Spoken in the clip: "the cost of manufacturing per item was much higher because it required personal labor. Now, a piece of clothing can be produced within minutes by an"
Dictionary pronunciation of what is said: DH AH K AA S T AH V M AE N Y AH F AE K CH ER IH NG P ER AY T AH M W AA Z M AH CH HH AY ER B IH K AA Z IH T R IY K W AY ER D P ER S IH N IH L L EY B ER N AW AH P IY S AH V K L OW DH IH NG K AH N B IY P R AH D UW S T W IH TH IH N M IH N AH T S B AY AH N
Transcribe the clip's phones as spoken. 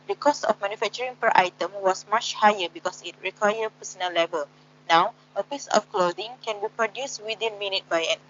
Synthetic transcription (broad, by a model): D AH K AA S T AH F M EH N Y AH F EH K CH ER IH NG P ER AY T AH M W AA S M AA CH HH AY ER B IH K AA S IH T R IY K W AY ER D P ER S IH N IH L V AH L N AW AH P IY S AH F K L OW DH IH NG K AH N B IY P R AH D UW S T W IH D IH N M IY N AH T B AY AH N